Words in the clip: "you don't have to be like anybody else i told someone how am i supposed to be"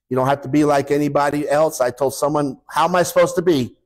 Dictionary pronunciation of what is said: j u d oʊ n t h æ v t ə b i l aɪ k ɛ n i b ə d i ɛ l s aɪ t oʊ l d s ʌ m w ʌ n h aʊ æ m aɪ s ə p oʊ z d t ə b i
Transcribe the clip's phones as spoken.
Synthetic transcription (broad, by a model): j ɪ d oʊ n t h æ f t ə b i l aɪ k ɛ n i b ə d i ɛ l s aɪ t oʊ l d s ʌ m w ʌ n h aʊ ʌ m aɪ s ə p oʊ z t ə b i